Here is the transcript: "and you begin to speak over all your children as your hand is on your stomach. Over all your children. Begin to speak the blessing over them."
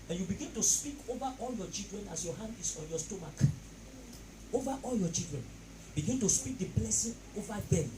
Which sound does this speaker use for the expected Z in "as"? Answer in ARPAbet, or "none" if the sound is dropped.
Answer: S